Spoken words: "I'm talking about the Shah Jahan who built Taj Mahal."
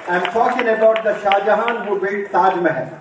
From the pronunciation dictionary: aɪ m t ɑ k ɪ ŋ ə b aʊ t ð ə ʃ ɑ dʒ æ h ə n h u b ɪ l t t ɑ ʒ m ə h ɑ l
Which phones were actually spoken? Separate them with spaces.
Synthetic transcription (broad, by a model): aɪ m t ɑ k ɪ ŋ ə b aʊ t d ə ʃ ɑ dʒ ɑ h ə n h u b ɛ t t ɑ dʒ m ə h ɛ